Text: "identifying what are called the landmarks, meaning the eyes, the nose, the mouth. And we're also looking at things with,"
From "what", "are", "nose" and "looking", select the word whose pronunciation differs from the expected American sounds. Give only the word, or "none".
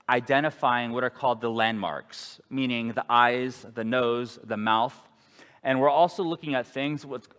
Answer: none